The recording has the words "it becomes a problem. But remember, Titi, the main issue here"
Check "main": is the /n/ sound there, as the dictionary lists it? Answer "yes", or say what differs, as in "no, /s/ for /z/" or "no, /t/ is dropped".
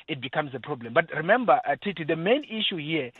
yes